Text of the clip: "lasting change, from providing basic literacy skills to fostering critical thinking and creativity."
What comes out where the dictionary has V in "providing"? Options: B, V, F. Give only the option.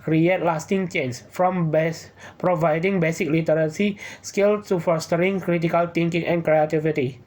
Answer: V